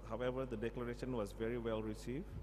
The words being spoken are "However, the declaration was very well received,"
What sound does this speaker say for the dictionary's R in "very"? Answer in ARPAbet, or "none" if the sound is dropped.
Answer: R